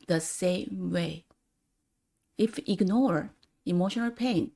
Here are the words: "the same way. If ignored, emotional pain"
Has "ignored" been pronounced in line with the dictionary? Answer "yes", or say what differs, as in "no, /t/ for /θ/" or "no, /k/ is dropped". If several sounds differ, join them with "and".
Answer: no, /d/ is dropped